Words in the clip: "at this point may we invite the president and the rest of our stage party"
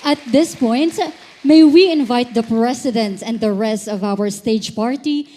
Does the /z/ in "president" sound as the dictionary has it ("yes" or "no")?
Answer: no